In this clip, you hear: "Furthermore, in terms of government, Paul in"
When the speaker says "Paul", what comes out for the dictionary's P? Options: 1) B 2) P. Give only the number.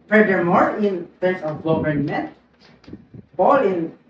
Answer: 1